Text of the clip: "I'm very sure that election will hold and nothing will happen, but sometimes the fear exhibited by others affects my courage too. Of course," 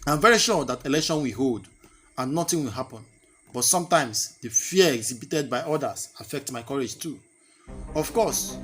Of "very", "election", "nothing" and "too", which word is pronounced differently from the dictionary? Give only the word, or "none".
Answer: nothing